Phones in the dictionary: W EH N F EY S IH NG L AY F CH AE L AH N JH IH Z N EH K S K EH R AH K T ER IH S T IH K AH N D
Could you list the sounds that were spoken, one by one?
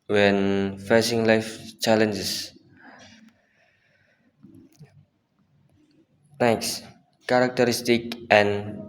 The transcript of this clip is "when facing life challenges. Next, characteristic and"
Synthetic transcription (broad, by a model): W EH N F EY S IH NG L AY F CH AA L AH N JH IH S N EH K S K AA R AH K T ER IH S T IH K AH N